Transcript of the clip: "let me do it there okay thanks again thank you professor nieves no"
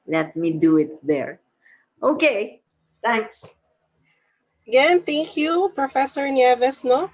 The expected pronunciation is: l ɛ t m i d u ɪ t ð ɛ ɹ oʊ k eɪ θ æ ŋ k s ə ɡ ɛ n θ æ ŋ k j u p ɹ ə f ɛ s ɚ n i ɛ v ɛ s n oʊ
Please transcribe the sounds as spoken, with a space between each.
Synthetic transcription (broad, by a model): l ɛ t m i d u ɪ t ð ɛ ɹ oʊ k eɪ t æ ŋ k s ə ɡ ɛ n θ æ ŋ k j u p ɹ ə f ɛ s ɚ n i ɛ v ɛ s n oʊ